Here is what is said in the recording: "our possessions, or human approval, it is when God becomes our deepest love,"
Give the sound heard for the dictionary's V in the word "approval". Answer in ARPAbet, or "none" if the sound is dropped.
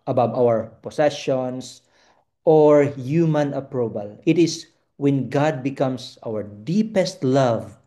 B